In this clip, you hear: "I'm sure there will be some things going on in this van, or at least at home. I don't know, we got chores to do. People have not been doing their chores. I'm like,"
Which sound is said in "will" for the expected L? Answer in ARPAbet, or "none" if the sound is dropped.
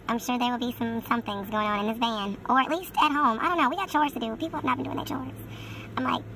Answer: L